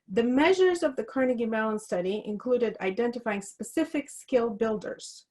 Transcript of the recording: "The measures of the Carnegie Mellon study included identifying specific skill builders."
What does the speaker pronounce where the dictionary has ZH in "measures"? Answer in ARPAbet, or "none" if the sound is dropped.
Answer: ZH